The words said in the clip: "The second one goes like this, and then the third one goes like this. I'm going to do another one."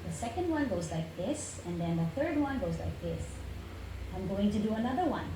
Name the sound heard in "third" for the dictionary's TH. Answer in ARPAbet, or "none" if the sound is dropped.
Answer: TH